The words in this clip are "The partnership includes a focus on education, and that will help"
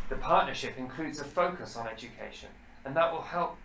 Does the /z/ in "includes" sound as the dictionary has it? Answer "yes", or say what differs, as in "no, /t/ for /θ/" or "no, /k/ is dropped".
yes